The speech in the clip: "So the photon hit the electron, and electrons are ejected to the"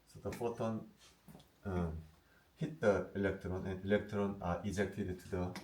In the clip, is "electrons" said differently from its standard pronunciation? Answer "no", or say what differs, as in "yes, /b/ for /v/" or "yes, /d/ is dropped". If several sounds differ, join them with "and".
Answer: yes, /z/ is dropped